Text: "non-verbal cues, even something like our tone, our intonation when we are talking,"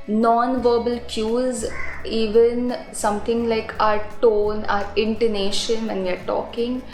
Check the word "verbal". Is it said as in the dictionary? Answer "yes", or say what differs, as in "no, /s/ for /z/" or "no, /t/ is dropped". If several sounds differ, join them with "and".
yes